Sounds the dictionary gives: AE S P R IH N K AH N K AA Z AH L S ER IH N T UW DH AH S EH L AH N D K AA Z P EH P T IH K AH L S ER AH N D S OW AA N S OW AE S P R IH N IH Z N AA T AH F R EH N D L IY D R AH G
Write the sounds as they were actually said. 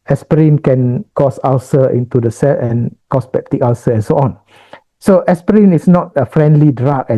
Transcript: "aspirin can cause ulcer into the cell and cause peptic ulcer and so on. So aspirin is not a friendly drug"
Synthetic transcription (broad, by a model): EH S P R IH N K AH N K AA S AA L S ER IH N T UW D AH S EH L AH N K AA S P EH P T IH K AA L S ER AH N S OW AA N S OW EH S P R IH N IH S N AA T AH F R EH N D L IY D R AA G